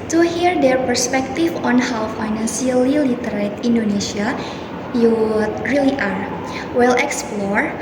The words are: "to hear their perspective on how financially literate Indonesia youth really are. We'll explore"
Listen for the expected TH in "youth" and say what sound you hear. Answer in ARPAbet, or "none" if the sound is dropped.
T